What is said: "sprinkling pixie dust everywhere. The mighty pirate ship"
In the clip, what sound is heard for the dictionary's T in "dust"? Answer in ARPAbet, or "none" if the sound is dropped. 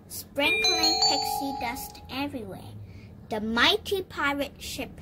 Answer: T